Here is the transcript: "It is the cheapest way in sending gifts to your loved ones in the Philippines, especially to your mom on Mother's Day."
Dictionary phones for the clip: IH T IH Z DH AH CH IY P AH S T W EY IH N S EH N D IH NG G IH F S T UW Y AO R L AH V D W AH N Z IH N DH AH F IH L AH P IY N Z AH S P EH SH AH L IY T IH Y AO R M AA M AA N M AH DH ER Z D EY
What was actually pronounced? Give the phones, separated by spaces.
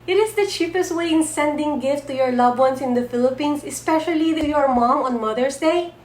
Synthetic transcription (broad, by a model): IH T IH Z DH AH CH IY P AH S T W EY IH N S EH N D IH NG G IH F T UW Y AO R L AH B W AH N S IH N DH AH F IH L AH P IY N S AH S P EH SH AH L IY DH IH Y AO R M AA M AA N M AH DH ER S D EY